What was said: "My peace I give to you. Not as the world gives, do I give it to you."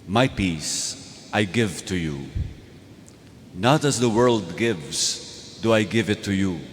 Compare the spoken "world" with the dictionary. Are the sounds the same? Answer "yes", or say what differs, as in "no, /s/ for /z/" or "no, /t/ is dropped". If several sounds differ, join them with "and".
yes